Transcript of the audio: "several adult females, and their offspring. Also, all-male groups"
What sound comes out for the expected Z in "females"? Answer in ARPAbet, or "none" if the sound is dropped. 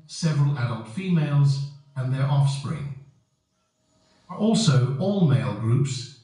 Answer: Z